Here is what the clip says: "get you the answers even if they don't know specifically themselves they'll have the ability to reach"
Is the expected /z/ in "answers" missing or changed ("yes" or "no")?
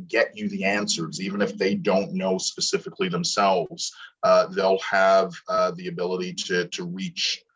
no